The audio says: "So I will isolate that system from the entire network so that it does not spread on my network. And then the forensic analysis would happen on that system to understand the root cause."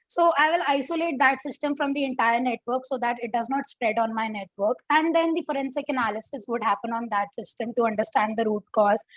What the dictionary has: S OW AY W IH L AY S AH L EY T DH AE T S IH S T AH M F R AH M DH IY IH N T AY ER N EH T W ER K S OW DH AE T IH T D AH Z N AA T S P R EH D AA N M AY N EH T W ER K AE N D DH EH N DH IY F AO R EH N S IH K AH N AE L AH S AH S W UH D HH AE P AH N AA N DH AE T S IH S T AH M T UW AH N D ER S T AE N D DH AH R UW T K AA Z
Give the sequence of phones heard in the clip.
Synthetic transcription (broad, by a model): S OW AY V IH L AY S AH L EY T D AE T S IH S T AH M F R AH M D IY IH N T AY ER N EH T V ER K S OW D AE T IH T D AH Z N AA T S P R EH D AA N M AY N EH T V ER K AE N D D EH N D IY F AO R EH N S IH K AH N AE L AH S AH S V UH D HH AE P AH N AA N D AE T S IH S T AH M T UW AH N D ER S T AE N D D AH R UW T K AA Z